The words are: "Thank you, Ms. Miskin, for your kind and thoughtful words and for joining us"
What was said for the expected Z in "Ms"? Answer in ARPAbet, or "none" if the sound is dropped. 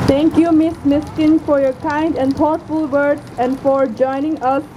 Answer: S